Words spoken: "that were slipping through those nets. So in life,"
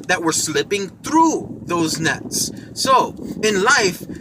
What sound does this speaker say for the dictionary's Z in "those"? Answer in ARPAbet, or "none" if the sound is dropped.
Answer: Z